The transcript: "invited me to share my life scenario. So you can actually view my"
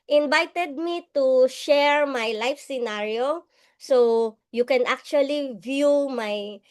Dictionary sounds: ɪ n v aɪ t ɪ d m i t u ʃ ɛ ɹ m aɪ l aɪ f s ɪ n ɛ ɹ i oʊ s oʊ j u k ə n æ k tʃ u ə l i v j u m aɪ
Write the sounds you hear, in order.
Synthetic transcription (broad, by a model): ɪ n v aɪ t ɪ d m i t u ʃ ɛ ɹ m aɪ l aɪ f s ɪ n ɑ ɹ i oʊ s oʊ j u k ə n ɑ k tʃ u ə l i v j u m aɪ